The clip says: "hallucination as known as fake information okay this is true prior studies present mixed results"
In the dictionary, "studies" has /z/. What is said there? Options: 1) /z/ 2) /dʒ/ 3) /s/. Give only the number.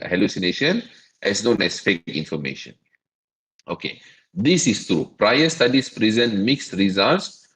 3